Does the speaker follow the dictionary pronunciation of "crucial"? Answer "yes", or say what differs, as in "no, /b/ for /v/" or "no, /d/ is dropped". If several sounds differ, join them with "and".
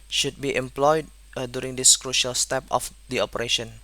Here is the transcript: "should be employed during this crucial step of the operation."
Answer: yes